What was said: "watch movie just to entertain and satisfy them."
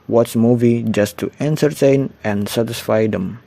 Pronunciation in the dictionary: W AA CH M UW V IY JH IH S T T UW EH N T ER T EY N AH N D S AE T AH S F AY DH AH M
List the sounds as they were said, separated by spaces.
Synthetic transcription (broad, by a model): W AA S M UW V IY JH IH S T T UW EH N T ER T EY N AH N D S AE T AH S F AY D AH M